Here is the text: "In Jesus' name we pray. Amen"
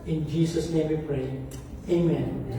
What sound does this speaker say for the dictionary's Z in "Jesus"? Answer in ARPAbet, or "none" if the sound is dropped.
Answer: S